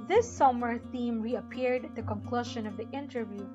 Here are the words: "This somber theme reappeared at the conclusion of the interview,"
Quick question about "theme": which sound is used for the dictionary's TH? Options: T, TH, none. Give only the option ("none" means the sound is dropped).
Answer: TH